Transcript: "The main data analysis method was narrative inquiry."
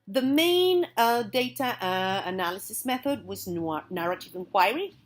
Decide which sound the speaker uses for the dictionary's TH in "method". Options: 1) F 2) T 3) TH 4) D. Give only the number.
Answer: 3